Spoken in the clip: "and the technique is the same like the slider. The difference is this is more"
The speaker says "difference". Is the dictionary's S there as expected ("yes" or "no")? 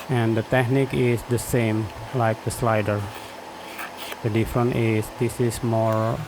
no